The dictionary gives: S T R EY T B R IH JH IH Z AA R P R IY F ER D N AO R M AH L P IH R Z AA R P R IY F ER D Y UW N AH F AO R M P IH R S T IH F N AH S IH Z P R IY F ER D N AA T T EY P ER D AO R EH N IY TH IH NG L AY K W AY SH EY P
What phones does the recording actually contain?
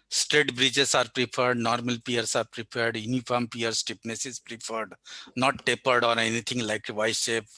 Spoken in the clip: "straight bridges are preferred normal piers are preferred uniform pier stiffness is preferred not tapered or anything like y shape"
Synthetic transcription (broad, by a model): S T R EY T B R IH JH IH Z AA R P R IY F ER D N AO R M AH L P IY R S AA R P R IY P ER D Y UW N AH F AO R M P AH R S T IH P N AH S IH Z P R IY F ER D N AA T T EY P ER D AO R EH N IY T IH NG L AY K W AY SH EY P